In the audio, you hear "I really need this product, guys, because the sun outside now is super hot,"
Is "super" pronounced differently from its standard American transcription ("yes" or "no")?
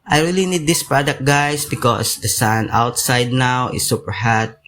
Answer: no